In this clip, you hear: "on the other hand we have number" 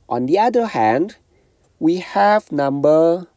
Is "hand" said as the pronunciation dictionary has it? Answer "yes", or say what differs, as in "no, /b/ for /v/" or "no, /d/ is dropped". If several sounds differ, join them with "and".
yes